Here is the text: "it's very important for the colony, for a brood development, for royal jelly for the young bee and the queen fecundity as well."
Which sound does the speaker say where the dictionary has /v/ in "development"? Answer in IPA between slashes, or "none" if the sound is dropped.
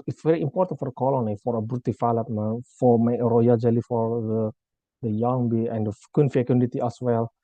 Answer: /f/